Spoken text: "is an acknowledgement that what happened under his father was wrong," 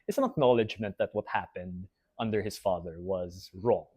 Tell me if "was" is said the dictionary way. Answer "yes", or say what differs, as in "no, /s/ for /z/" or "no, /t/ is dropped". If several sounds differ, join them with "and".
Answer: yes